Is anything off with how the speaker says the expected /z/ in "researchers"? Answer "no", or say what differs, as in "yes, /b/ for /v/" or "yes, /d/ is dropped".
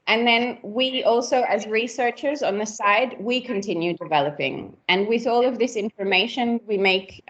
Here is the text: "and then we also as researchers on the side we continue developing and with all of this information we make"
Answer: no